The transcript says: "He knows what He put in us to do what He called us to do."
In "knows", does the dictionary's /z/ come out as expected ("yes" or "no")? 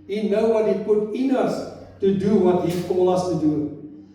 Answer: no